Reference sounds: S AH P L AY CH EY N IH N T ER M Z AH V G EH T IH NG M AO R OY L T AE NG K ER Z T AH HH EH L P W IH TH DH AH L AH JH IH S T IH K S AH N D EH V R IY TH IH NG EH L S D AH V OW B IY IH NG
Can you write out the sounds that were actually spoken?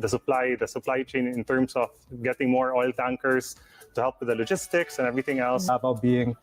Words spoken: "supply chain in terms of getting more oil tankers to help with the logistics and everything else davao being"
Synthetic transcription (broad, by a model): S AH P L AY CH EY N IH N T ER M S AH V G EH T IH NG M AO R OY L T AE NG K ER S T AH HH EH L P W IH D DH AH L AH JH IH S T IH K S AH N EH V R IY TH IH NG EH L S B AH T B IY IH NG